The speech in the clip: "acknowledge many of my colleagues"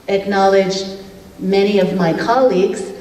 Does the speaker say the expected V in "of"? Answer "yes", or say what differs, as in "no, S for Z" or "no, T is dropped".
yes